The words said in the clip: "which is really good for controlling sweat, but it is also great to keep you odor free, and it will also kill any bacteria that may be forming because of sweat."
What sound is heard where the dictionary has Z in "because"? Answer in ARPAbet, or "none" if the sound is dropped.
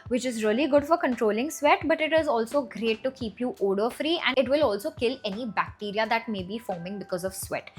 Z